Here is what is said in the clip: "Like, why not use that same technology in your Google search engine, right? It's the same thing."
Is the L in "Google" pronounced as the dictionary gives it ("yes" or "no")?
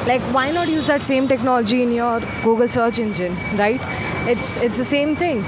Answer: yes